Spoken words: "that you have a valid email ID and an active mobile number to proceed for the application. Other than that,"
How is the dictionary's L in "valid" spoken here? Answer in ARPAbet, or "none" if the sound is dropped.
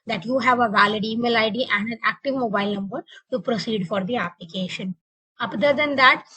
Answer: L